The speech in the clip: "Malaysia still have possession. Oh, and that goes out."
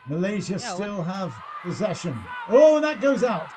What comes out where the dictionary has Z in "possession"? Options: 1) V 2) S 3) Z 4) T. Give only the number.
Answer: 3